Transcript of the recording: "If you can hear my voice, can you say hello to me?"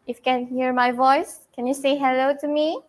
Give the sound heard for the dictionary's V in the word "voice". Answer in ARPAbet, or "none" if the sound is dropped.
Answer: V